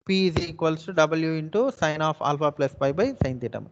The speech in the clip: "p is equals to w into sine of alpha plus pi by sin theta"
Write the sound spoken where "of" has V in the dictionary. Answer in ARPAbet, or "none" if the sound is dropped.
P